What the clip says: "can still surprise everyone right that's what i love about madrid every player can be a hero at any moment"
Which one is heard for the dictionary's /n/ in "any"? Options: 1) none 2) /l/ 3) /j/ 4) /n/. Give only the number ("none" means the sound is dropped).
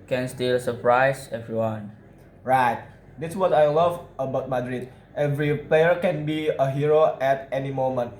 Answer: 4